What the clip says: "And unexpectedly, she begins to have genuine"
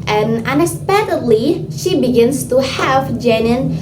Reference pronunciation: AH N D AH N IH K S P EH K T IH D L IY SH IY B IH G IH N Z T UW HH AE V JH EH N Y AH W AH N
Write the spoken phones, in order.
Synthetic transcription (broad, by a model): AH N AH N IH S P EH T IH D L IY SH IY B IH G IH N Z T UW HH AE V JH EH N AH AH N